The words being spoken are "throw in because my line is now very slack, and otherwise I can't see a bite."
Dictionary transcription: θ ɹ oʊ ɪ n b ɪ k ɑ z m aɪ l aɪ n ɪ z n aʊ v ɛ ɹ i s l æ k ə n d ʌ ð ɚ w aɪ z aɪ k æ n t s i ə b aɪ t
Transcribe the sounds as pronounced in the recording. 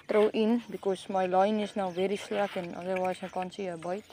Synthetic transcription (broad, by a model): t ɹ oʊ ɪ n b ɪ k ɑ s m aɪ l aɪ n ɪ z n aʊ v ɛ ɹ i s l æ k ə n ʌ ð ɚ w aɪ s aɪ k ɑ n s i ə b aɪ t